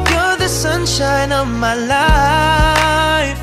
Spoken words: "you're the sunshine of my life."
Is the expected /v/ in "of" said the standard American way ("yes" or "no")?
yes